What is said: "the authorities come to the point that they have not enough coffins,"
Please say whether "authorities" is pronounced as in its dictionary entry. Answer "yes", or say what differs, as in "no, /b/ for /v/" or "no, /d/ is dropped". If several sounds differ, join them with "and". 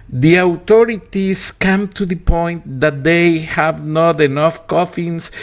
no, /t/ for /θ/